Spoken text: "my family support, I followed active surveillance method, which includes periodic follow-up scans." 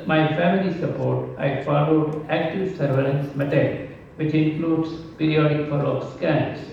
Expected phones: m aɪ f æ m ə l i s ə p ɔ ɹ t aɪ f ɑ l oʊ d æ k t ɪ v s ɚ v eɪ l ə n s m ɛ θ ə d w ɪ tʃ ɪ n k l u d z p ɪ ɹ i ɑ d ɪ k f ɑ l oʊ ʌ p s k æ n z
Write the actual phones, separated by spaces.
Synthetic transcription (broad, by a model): m aɪ f æ m ə l i s ə p ɔ ɹ t aɪ f ɑ l oʊ d æ k t ɪ v s ɚ v eɪ l ə n s m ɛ t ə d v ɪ tʃ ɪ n k l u d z p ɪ ɹ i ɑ d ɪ k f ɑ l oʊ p s k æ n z